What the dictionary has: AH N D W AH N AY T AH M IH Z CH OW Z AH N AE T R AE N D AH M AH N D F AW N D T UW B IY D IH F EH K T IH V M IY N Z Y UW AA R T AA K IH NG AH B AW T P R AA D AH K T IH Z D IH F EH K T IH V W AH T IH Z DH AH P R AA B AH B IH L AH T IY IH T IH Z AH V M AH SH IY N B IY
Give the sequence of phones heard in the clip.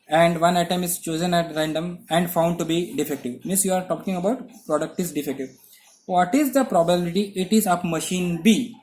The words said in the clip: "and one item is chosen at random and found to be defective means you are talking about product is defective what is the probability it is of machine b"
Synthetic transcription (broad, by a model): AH N D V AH N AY T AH M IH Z CH OW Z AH N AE T R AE N D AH M AH N D F AW N D T UW B IY D IH F EH K T IH V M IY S Y UW AA R T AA K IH NG AH B AW T P R AA D AH K T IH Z D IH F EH K T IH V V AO T IH Z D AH P R AA B AH B IH L AH T IY IH T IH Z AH P M AH SH IY N B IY